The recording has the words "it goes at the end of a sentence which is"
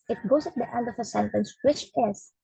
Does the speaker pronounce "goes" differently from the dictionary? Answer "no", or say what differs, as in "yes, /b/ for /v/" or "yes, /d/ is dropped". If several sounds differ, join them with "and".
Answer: yes, /s/ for /z/